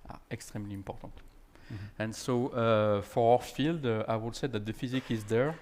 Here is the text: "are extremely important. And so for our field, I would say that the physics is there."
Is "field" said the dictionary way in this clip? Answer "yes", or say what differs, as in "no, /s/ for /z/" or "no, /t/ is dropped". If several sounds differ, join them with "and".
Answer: yes